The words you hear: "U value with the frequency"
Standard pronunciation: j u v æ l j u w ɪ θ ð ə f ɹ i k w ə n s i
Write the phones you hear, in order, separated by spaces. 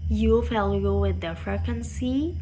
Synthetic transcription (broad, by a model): j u f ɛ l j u w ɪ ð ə f ɹ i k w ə n s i